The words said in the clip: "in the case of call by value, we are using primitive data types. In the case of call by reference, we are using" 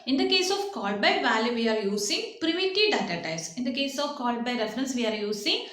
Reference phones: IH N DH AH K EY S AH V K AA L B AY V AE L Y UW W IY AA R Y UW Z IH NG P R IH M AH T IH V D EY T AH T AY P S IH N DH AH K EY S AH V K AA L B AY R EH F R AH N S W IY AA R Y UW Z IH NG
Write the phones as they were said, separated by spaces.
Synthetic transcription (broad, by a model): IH N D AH K EY S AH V K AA L B AY V AE L Y UW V IY AA R Y UW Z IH NG P R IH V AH T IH D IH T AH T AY S IH N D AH K EY S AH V K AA L B AY R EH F R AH N S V IY AA R Y UW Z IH NG